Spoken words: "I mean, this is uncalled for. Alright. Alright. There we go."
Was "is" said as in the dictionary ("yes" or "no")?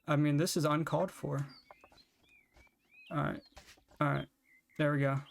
yes